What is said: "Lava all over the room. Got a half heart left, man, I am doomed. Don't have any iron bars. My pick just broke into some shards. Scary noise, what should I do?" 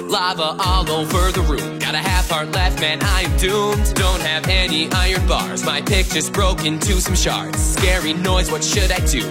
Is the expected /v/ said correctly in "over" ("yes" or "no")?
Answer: no